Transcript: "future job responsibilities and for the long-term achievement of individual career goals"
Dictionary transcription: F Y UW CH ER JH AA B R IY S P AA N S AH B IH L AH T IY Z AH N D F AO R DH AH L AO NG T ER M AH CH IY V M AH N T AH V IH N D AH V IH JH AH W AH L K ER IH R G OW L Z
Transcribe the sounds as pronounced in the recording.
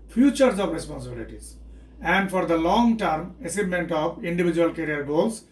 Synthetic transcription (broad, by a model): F Y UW CH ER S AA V R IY S P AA N S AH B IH L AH T IY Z AH N D F AO R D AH L AO NG T ER M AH S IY M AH N T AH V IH N D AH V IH JH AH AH L K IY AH R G OW L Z